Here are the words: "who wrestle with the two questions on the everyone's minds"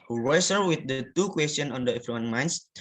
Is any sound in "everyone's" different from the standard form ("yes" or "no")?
yes